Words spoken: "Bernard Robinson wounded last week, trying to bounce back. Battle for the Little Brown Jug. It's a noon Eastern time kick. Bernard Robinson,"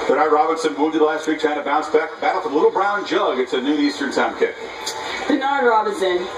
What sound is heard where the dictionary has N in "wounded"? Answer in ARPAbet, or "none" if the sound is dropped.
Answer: L